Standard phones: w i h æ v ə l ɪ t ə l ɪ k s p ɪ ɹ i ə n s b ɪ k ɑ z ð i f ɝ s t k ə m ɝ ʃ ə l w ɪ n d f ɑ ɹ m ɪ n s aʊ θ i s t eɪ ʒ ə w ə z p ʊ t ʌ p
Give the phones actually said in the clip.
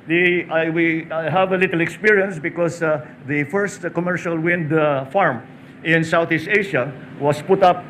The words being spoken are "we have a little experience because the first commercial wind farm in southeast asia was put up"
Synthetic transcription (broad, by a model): w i h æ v ə l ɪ t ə l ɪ k s p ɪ ɹ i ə n s b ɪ k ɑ s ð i f ɝ s t k ə m ɝ ʃ ə l w ɪ n d f ɑ ɹ m ɪ n s aʊ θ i s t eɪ ʃ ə w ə s p ʊ t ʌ p